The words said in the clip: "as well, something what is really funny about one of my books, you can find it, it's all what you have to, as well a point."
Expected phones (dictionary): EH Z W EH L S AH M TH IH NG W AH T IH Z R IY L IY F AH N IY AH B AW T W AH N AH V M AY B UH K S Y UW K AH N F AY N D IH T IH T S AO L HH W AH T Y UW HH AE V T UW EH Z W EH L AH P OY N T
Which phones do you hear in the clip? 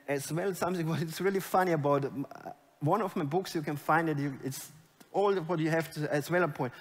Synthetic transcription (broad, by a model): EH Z W EH L S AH M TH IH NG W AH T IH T R IY L IY F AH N IY AH B AW T W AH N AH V M AY B UH K S Y UW K AH N F AY N D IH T IH T S AO L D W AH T Y UW HH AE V T UW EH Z W EH L AH P OY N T